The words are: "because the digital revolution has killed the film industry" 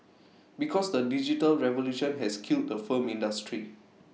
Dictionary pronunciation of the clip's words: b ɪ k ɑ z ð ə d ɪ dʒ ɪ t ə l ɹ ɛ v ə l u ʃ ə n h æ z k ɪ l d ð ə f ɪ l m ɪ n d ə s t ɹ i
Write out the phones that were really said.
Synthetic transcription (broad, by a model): b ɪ k ɑ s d ə d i dʒ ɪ t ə l ɹ ɛ v ə l u ʃ ə n h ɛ s k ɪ l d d ə f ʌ m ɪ n d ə s t ɹ i